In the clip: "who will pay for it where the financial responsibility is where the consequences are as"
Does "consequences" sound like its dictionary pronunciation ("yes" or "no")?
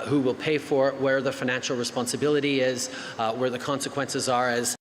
yes